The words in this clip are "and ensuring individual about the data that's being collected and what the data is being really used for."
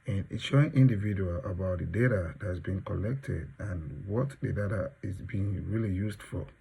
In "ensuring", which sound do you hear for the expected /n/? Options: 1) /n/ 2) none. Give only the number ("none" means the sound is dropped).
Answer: 2